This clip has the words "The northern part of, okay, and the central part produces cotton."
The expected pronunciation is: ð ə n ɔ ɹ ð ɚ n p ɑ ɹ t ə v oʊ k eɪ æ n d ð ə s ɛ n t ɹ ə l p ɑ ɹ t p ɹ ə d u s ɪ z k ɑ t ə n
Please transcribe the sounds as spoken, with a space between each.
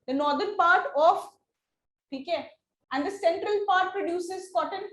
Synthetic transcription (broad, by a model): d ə n ɔ ɹ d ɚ n p ɑ ɹ t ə p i k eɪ æ n d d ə s ɛ n t ɹ ə l p ɑ ɹ t p ɹ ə d u s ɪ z k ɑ t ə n